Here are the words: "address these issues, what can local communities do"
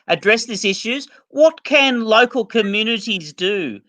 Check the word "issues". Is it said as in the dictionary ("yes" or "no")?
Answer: yes